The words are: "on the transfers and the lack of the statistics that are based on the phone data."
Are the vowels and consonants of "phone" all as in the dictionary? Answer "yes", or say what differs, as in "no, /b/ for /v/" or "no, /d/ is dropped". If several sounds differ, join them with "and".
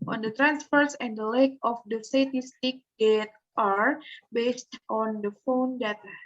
yes